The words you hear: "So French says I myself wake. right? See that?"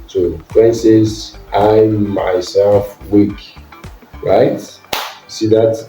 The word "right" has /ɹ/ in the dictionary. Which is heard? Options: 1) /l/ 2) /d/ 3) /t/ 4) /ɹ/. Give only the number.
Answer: 4